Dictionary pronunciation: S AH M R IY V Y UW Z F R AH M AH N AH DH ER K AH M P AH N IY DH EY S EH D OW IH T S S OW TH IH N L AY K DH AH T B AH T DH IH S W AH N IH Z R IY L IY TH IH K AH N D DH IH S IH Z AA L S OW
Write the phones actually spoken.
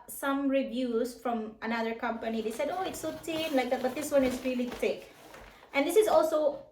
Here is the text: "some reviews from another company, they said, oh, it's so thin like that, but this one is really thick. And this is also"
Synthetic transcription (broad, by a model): S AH M R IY V Y UW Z F R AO M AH N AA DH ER K AH M P AH N IY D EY S EH D OW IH T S S OW T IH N L AY K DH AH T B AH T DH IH S W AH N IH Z R IY L IY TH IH K AH N D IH S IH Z AA L S OW